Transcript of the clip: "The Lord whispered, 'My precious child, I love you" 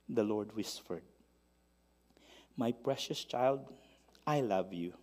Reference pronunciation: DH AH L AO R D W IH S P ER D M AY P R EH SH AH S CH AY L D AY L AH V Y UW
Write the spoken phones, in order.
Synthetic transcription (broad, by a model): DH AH L AO R D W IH S F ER D M AY P R EH SH AH S CH AY L D AY L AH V Y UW